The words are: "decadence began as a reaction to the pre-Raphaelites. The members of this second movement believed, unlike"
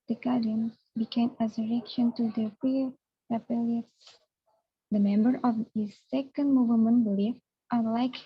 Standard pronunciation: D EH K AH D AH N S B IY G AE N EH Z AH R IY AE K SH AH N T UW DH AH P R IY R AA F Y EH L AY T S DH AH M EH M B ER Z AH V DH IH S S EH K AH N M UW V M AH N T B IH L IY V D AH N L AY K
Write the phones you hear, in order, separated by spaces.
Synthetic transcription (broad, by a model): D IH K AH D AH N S B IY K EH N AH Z AH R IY K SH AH N T UW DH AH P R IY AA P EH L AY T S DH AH M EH M B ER AH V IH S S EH K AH N M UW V M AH N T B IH L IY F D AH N L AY K